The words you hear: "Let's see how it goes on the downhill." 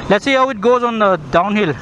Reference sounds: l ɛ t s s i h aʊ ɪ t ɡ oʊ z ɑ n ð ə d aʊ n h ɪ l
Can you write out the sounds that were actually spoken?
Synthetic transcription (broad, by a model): l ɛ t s s i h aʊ ɪ t ɡ oʊ z ɑ n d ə d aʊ n h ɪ l